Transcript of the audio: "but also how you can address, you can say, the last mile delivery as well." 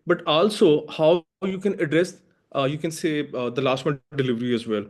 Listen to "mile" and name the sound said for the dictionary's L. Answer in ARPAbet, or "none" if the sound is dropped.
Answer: N